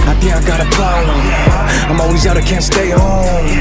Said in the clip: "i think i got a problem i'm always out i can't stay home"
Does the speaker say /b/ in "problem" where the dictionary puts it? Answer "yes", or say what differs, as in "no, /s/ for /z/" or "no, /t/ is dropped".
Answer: no, /b/ is dropped